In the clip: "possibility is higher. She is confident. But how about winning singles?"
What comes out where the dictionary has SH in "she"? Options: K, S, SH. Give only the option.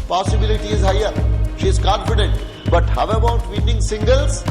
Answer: SH